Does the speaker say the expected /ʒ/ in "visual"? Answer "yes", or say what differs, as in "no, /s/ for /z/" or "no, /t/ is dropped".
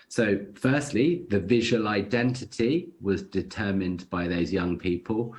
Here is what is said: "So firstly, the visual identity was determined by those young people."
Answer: yes